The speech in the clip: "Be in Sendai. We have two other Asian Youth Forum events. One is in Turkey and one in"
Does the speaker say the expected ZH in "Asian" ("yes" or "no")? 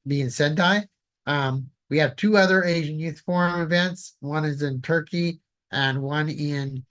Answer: yes